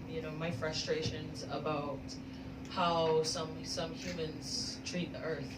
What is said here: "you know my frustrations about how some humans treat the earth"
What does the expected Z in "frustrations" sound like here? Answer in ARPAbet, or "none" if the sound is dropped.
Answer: Z